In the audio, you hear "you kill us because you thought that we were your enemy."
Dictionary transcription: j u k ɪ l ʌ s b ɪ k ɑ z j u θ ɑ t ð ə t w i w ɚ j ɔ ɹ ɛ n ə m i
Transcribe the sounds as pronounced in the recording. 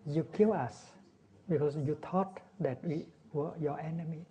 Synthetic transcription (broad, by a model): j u k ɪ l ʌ s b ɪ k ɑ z j u t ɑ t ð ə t w i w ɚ j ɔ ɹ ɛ n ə m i